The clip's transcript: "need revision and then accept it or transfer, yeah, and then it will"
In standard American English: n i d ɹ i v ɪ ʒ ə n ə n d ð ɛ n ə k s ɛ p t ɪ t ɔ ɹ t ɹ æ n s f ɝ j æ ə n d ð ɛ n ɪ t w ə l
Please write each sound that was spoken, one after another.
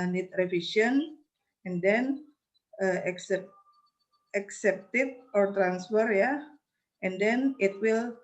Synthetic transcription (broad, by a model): n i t ɹ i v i ʃ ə n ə n d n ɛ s ə k s ɛ p t ɪ t ɔ ɹ t ɹ æ n s f ɝ j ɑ ə n d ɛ n ɪ t w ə l